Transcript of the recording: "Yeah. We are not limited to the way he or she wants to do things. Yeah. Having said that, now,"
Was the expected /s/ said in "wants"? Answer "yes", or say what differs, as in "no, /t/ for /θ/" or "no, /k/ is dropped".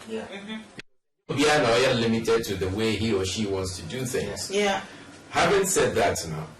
yes